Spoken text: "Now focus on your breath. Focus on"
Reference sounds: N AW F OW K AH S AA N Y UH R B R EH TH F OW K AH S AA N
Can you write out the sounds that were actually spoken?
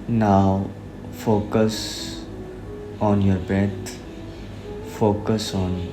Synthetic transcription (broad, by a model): N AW F OW K AH S AA N Y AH R B EH T F OW K AH S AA N